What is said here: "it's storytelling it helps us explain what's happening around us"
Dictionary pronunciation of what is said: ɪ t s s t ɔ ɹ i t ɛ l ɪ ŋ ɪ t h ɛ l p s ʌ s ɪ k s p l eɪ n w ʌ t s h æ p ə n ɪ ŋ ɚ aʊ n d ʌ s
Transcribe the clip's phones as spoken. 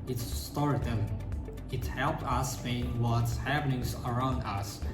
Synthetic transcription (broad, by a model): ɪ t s s t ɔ ɹ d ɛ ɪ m ɪ t h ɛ l p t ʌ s s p eɪ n w ʌ t s h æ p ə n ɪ ŋ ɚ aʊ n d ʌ s